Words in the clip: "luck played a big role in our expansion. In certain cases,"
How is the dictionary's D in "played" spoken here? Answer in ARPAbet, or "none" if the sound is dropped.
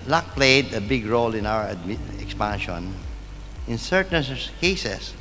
D